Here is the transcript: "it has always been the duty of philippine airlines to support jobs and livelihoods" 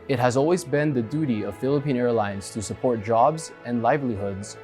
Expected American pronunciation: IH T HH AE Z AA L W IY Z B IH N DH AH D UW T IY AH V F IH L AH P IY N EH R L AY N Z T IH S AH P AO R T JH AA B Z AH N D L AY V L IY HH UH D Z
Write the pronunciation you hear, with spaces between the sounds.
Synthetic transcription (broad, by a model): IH T HH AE Z AA L W IY Z B IH N DH AH D UW T IY AH V F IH L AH P IY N EH R L AY N Z T IH S AH P AO R T JH AA B Z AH N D L AY V L IY HH UH D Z